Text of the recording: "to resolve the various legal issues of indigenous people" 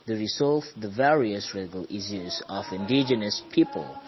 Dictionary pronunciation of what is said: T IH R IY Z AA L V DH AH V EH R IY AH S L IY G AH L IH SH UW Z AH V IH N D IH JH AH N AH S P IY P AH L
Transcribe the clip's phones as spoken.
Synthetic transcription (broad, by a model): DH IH R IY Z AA L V DH AH V EH R IY AH S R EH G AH L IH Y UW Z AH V IH N D IH JH AH N AH S P IY P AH L